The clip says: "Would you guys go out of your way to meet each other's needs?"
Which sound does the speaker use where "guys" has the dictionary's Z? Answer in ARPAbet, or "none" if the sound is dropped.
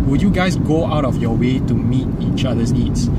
S